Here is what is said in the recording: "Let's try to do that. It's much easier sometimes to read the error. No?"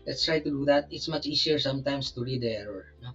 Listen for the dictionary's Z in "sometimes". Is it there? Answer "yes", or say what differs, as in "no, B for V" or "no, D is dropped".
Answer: no, S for Z